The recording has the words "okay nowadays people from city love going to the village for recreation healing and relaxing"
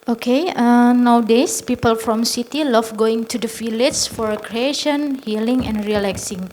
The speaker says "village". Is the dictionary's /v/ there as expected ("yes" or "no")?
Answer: no